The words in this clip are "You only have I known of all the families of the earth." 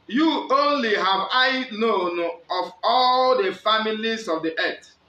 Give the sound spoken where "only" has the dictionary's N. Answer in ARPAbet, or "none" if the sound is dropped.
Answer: N